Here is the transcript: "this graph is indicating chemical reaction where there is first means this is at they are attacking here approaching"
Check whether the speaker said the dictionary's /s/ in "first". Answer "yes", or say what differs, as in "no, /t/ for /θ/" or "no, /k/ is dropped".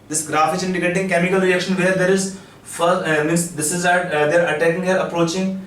no, /s/ is dropped